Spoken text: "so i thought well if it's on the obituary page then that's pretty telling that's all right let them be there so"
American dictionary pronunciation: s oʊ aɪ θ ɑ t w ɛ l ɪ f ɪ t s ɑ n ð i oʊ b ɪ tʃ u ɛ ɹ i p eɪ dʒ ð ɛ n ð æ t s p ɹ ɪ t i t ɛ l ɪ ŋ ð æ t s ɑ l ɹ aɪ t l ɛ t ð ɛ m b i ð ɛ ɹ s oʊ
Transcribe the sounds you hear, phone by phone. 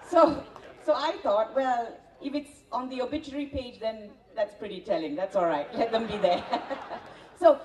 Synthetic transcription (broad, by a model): s oʊ aɪ t ɑ t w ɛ l ɪ f ɪ t s ɑ n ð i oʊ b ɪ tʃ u ɹ i p eɪ dʒ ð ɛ n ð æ t s p ɹ ɪ t i t ɛ l ɪ ŋ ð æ t s ɑ l ɹ aɪ t l ɛ t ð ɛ m b i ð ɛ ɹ s oʊ